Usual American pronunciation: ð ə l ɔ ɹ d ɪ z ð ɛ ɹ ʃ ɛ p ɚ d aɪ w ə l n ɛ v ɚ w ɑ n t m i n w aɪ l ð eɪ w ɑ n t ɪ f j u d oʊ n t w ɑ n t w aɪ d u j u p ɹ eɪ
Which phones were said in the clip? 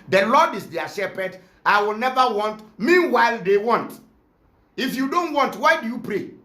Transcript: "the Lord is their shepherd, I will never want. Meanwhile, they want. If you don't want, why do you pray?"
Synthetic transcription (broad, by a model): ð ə l ɔ d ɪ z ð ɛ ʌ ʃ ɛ p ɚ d aɪ w ə l n ɛ v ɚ w ɑ n t m i n w aɪ l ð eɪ w ɑ n t ɪ f j u d oʊ n t w ɑ n t w aɪ d u j u p ɹ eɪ